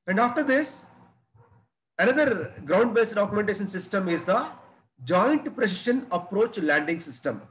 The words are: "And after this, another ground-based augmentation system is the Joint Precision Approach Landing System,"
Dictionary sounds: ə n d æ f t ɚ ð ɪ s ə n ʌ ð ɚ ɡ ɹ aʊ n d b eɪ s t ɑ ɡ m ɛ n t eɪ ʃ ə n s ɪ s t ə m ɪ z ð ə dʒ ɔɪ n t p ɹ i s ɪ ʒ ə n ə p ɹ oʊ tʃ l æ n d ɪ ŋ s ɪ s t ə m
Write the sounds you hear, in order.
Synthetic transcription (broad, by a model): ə n d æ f t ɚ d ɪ s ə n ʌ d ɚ ɡ ɹ aʊ n d b eɪ s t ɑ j m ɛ n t eɪ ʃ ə n s ɪ s t ə m ɪ z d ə dʒ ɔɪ n t p ɹ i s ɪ ʃ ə n ə p ɹ oʊ tʃ l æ n d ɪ ŋ s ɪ s t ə m